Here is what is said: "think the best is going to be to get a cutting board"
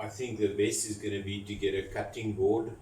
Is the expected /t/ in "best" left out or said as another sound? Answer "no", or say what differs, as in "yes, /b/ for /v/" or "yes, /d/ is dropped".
yes, /t/ is dropped